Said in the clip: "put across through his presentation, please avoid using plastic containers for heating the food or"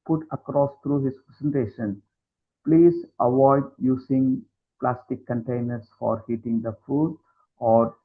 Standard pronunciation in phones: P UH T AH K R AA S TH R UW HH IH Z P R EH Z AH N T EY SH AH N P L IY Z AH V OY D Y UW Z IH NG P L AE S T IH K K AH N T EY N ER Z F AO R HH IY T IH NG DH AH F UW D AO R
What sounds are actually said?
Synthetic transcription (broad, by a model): P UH T AH K R AA S T R UW HH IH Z P R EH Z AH N T EY SH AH N P L IY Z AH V OY D Y UW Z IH NG P L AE S T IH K K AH N T EY N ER S F AO R HH IY T IH NG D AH F UW D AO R